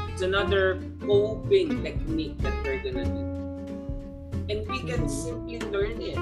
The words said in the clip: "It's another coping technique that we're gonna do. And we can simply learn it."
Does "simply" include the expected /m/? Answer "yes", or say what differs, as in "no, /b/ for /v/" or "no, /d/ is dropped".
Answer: no, /m/ is dropped